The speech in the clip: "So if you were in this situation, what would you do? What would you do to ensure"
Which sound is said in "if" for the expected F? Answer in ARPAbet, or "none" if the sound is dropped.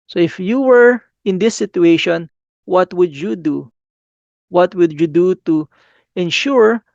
F